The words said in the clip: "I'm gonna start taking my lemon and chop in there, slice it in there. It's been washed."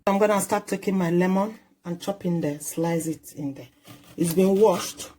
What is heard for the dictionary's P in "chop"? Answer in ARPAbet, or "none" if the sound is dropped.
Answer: P